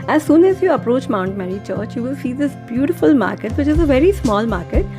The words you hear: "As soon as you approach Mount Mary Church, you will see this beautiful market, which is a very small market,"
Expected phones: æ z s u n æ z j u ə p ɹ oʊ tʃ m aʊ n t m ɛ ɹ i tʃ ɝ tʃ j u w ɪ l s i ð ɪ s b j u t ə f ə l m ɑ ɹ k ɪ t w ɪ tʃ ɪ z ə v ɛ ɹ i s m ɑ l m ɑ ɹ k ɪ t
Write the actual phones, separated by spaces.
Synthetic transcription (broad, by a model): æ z s u n æ z j u ə p ɹ oʊ tʃ m aʊ n t m ɛ ɹ i tʃ ɝ tʃ j u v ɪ l s i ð ɪ s b j u t ə f ə l m ɑ ɹ k ɪ t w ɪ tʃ ɪ z ə v ɛ ɹ i s m ɑ l m ɑ ɹ k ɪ t